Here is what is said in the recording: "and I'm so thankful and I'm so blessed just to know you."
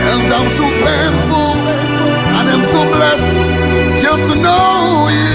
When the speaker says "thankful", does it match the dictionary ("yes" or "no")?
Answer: no